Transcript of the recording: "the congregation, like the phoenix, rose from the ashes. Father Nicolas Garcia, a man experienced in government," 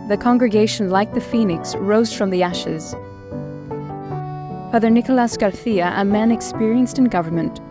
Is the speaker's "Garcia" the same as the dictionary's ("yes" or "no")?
no